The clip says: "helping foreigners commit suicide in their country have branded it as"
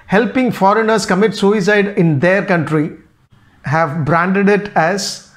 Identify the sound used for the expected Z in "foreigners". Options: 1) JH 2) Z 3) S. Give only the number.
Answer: 3